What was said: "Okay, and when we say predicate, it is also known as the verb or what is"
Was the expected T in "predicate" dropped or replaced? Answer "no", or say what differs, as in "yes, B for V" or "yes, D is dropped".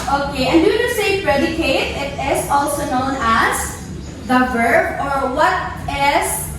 no